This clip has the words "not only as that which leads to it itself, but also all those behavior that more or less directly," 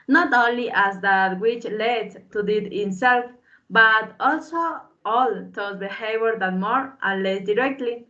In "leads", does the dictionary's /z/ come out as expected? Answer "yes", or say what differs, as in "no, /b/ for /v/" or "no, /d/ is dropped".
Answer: no, /z/ is dropped